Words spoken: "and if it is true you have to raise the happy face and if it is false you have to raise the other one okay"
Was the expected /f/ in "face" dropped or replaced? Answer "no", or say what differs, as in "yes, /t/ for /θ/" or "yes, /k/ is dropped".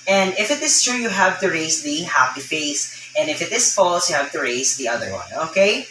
no